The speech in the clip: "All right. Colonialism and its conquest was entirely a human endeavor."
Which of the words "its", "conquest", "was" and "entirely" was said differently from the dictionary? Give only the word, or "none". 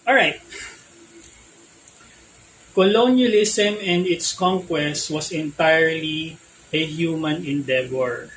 was